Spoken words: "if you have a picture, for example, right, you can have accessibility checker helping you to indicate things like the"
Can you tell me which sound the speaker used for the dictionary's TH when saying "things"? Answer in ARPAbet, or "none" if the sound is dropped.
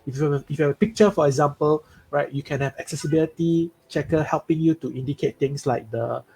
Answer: T